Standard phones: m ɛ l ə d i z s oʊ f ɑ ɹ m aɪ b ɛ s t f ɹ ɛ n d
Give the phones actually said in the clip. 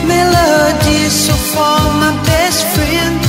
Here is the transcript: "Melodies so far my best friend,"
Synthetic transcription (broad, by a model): m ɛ l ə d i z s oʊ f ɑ l m aɪ b ɛ s t f ɹ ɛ n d